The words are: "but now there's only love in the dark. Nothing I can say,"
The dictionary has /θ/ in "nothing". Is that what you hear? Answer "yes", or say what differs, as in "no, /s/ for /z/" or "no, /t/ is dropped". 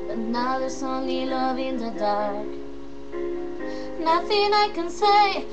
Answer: yes